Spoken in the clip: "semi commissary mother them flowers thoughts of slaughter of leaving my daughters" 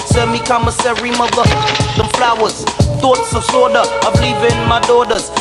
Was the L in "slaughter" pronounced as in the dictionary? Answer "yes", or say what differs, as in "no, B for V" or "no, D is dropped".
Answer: no, L is dropped